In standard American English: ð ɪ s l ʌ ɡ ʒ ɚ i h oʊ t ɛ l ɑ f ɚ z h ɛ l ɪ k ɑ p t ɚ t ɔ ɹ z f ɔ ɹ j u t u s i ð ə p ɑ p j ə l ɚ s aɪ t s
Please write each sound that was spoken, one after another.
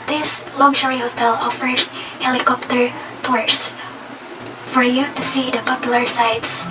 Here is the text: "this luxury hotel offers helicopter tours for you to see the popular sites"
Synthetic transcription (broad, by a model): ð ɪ s l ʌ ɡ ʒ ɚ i h oʊ t ɛ l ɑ f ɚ s h ɛ l ɪ k ɑ p t ɚ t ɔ ɹ s f ɔ ɹ j u t u s i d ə p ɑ p j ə l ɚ s aɪ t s